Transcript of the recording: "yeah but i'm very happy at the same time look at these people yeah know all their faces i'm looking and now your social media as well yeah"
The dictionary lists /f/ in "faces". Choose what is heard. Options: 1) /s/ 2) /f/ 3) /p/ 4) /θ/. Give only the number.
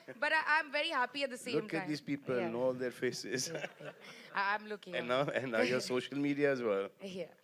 2